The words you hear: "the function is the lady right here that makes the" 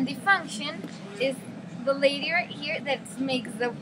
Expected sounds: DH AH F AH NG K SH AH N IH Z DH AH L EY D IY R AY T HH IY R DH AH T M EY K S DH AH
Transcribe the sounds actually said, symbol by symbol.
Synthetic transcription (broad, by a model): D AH F AH NG K SH AH N IH Z DH AH L EY D IY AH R HH IY R DH AH T M EY K S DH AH